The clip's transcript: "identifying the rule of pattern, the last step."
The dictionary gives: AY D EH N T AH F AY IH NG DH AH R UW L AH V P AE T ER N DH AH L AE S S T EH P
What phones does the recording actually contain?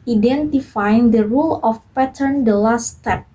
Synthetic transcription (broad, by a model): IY D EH N T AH F AY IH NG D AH R UW L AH F P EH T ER N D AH L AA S S T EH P